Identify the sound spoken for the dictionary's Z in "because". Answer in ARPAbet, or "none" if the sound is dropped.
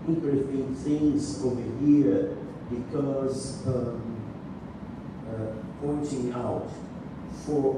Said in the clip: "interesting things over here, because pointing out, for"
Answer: Z